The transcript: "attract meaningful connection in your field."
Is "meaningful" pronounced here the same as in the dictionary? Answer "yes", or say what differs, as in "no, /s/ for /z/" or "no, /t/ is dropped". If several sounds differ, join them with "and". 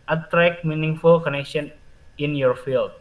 yes